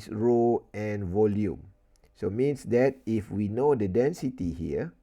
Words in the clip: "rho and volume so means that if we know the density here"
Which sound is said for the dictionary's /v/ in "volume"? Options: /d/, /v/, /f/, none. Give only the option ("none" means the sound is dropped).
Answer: /v/